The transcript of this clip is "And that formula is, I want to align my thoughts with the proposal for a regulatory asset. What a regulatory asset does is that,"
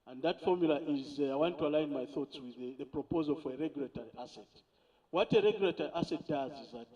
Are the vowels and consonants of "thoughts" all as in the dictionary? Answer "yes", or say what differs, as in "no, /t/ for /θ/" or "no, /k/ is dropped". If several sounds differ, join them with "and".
yes